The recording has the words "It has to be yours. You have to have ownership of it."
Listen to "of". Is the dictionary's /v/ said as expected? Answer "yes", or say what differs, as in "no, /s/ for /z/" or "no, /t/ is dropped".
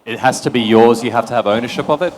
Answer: yes